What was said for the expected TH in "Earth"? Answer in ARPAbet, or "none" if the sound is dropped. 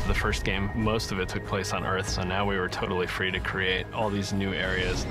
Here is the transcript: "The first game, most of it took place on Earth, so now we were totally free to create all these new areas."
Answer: TH